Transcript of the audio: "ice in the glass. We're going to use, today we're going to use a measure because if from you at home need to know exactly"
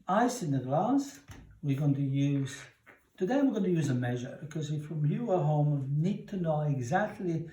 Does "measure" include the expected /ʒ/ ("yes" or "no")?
yes